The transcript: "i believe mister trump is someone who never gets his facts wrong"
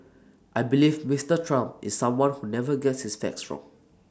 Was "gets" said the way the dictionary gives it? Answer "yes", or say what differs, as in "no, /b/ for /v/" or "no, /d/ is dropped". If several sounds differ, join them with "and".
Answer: yes